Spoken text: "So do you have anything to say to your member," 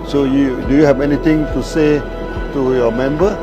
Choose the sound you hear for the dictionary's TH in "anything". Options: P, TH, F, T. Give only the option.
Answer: T